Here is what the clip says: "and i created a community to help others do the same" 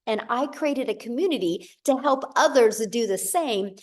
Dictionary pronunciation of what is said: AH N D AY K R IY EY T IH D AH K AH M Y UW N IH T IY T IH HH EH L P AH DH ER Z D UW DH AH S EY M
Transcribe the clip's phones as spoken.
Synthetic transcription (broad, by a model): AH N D AY K R IY EY T IH D AH K AH M Y UW N IH T IY T IH HH EH L P AH DH ER Z D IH DH AH S EY M